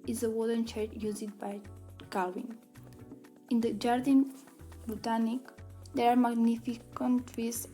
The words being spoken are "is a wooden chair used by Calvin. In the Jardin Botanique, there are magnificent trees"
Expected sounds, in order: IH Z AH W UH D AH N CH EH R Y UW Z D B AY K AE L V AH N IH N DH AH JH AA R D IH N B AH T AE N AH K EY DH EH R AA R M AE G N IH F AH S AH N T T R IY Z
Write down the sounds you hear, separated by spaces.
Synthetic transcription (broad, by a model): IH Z AH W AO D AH N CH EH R Y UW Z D B AY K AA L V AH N IH N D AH JH AA R D IH N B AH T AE N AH K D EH R AA R M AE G N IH F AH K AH N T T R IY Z